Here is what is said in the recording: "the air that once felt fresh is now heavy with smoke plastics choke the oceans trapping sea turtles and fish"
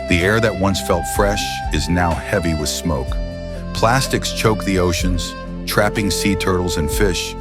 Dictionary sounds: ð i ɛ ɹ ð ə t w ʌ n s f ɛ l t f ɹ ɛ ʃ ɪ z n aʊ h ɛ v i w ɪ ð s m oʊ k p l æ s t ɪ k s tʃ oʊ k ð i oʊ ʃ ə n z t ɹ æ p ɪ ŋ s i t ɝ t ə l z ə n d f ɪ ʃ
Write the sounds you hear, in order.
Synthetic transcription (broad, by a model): ð i ɛ ɹ ð ə t w ʌ n s f ɛ l t f ɹ ɛ ʃ ɪ z n aʊ h ɛ v i w ɪ ð s m oʊ k p l æ s t ɪ k s tʃ oʊ k ð i oʊ ʃ ə n z t ɹ æ p ɪ ŋ s i t ɝ t l z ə n f ɪ ʃ